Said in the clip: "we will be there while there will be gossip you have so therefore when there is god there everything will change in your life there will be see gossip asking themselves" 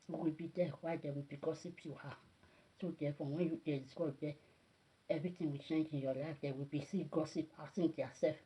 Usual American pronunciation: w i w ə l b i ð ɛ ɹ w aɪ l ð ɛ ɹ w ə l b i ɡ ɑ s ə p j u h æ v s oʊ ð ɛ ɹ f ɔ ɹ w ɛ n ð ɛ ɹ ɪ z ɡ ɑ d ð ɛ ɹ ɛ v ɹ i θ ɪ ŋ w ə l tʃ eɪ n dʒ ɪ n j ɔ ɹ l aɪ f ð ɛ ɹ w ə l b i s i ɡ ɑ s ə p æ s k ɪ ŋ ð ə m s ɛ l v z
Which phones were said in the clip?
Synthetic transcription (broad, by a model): w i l b i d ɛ w aɪ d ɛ w ə l b i ɡ ɑ s ə p j u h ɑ s oʊ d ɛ f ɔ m w ɛ n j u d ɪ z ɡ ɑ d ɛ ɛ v ɹ i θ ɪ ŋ w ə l tʃ eɪ n dʒ ɪ n j ɔ l aɪ f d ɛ w ə l b i s i ɡ ɑ s ə p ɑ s ɪ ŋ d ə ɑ s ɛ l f